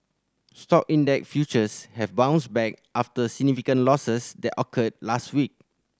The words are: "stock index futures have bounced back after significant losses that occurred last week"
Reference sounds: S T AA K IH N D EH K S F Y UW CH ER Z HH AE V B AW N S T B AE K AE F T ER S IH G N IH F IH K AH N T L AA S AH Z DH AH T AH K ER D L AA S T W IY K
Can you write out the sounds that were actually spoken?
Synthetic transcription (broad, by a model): S T AA K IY N D EH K F Y UW CH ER S HH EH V B AW N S B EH K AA F T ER S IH G N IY F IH K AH N L AA S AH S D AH T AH K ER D L AA S T W IY K